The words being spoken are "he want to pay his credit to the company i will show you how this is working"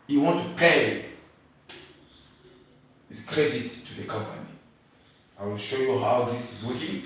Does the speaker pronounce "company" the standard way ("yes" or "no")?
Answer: yes